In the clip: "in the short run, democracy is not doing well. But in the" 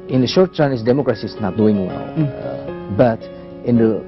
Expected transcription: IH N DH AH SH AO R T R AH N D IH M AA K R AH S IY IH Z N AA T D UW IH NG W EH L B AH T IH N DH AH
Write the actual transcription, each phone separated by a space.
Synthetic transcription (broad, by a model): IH N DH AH SH AO R T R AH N D IH M AA K R AH S IY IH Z N AA T D UW IH NG W EH L B AH T IH N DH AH